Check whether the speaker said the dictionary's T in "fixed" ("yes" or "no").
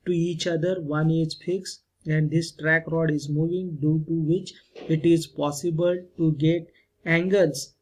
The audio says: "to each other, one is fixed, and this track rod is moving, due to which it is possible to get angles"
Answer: no